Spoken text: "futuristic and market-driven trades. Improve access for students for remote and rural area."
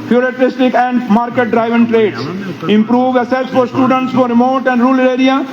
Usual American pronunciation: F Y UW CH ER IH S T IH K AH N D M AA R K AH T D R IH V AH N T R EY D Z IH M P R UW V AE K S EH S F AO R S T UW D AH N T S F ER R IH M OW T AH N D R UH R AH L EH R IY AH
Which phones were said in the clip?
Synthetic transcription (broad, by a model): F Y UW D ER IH S T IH K AH N D M AA R K AH T D R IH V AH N T R EY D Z IH M P R UW V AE S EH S F AO R S T UW D AH N T S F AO R IH M OW T AH N D R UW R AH R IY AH